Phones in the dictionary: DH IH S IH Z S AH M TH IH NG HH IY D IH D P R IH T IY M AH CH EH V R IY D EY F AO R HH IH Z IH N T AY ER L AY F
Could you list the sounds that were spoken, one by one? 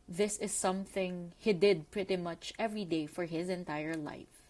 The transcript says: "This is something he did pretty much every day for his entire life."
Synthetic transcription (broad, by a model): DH IH S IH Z S AH M TH IH NG HH IY D IH D P R IH T IY M AH CH EH V R IY D EY F AO R HH IH Z IH N T AY ER L AY F